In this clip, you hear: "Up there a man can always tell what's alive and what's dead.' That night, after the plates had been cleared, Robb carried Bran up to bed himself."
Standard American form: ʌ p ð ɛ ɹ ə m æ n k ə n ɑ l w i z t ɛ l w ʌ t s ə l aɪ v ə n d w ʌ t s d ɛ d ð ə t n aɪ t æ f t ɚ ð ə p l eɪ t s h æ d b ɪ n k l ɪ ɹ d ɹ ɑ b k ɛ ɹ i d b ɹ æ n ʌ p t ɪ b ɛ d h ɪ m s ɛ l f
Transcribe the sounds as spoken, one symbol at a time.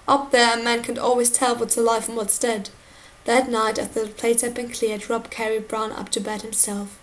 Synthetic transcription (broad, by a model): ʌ p ð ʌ ɹ ə m æ n k ə n ɑ l w i z t ɛ l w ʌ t ə l aɪ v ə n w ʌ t s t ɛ d ð ə t n aɪ t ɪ t ð ə p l eɪ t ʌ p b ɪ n k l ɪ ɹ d ɹ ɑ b k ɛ ɹ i b ɹ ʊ n ʌ p t ɪ b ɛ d h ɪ m s ɛ l f